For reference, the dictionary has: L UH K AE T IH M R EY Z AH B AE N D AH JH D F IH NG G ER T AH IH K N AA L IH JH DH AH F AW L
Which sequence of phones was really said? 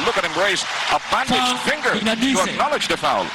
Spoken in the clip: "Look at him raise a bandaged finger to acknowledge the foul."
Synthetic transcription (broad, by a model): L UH K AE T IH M R EY S AH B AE N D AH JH F IH NG G ER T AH IH K N AA L IH JH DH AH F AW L